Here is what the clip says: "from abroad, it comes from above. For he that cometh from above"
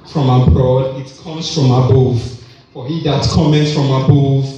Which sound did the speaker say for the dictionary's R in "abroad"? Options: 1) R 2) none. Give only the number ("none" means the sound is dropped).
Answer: 1